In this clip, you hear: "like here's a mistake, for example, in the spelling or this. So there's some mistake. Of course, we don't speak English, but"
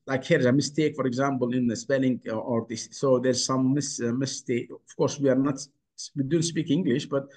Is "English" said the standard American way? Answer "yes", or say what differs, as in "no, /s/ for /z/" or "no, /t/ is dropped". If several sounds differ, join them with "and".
yes